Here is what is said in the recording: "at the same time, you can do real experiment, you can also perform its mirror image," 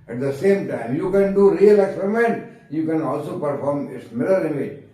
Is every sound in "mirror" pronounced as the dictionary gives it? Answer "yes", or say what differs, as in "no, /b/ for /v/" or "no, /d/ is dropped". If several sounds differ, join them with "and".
no, /l/ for /ɹ/